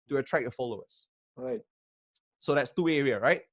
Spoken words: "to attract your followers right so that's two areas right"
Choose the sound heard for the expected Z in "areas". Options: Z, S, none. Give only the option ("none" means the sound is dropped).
none